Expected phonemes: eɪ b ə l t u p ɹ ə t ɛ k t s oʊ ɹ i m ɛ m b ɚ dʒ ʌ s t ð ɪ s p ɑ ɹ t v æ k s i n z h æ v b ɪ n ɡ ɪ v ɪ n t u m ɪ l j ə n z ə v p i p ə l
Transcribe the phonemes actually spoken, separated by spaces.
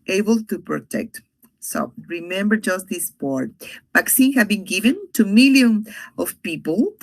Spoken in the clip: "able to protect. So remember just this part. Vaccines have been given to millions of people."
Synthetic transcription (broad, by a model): eɪ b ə l t u p ɹ ə t ɛ k t s oʊ ɹ i m ɛ m b ɚ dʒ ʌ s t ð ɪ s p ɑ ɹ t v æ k s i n h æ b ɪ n ɡ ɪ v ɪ n t u m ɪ l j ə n ə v p i p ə l